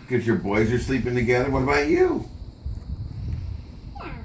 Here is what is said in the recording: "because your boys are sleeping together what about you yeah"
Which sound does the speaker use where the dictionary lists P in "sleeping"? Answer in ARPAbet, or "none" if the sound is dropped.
P